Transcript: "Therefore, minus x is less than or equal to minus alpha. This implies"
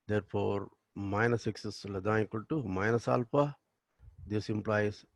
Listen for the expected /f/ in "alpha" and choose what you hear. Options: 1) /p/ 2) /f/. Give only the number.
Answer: 1